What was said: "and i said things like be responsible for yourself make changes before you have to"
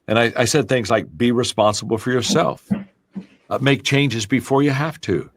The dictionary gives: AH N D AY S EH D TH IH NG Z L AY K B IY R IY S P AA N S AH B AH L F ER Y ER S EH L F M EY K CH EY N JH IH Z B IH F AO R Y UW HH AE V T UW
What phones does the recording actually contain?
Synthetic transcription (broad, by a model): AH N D AY S EH D TH IH NG Z L AY K B IY R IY S P AA N S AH B L F ER Y ER S EH L F M EY K CH EY N JH IH Z B IH F AO R Y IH HH AE F T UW